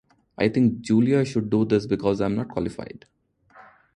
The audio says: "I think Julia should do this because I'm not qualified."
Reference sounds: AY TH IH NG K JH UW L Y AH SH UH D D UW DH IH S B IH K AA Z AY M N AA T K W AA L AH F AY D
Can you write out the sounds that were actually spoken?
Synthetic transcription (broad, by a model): AY T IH NG K JH UW L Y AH SH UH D D UW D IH S B IH K AA Z AY M N AA T K W AA L AH F AY D